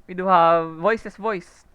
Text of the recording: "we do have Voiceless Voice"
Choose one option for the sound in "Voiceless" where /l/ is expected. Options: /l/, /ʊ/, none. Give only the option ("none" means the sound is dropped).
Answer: none